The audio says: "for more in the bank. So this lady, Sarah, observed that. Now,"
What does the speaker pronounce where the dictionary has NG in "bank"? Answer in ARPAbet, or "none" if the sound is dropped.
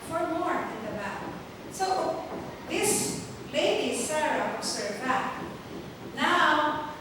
none